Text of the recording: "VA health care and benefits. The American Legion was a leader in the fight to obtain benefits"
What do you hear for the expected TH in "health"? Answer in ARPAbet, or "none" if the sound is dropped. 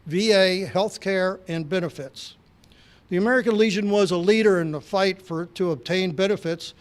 TH